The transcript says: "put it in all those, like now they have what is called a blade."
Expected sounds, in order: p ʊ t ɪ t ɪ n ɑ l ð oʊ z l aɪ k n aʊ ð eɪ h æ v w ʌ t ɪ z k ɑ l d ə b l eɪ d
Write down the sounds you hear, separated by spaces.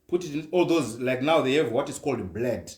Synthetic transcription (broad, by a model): p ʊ t ɪ t ɪ n ɑ l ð oʊ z l aɪ k n aʊ ð eɪ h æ v w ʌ t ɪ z k ɑ l d b l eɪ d